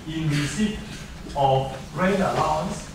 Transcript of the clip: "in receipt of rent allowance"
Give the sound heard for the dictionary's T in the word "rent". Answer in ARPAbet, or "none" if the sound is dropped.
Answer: none